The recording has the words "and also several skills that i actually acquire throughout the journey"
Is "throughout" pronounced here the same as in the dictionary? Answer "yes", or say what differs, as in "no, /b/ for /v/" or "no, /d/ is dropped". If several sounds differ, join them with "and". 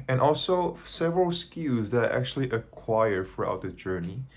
no, /f/ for /θ/